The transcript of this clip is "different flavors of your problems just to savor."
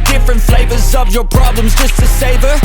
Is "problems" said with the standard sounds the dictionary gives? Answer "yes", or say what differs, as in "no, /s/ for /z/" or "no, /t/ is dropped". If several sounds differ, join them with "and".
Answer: yes